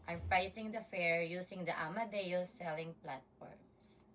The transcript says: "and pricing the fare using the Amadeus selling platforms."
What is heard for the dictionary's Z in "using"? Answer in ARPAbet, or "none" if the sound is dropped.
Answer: S